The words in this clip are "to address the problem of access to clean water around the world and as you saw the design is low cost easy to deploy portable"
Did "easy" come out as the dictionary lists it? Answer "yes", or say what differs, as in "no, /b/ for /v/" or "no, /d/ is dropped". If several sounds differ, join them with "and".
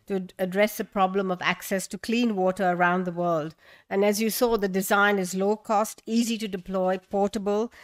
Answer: yes